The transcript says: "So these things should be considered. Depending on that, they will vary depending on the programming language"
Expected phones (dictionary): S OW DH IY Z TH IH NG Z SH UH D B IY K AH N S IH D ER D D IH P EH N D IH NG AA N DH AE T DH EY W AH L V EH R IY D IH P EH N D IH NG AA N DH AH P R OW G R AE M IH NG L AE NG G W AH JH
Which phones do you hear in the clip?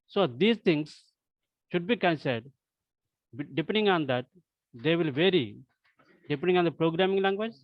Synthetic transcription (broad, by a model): S OW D IY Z T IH NG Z SH UH D B IY K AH N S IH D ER D D IH P EH N D IH NG AA N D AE T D EY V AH L V EH R IY D IH P EH N D IH NG AA N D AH P R OW G R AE M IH NG L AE NG G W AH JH